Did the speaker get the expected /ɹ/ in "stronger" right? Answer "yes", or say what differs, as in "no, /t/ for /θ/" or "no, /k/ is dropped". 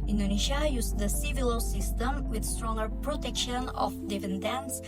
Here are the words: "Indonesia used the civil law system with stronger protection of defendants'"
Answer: yes